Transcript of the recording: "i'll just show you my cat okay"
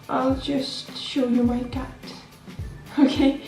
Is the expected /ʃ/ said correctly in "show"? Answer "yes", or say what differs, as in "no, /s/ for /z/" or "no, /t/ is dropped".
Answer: yes